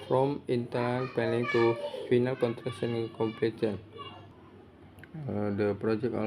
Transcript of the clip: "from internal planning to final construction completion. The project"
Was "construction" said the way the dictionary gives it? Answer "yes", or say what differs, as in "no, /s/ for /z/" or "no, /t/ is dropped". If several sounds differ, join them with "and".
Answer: no, /s/ is dropped